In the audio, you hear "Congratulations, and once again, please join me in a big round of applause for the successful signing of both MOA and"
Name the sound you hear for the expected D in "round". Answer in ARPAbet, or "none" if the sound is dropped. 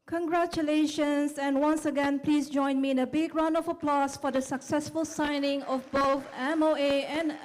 none